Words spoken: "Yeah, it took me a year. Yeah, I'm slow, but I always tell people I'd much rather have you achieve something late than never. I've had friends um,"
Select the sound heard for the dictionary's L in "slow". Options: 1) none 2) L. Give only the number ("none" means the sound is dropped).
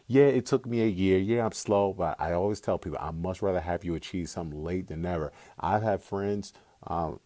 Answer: 2